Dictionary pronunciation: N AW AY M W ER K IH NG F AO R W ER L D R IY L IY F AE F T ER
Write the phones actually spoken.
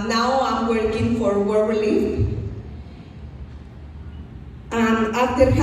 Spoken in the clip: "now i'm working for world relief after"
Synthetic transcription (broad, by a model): N AW AY M W ER K IH NG F AO R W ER L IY AA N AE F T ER